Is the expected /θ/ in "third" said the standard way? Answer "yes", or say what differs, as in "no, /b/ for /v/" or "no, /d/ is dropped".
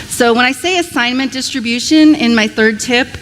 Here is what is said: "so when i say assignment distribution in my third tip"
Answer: yes